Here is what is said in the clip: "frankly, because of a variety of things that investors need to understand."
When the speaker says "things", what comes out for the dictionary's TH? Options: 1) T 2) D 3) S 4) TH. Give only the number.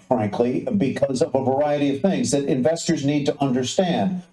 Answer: 4